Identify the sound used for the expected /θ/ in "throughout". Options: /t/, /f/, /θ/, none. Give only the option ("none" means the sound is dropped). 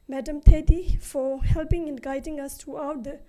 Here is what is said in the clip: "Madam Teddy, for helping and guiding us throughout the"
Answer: /t/